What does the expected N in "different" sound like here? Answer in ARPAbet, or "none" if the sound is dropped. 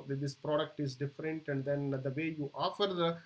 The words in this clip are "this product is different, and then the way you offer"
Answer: N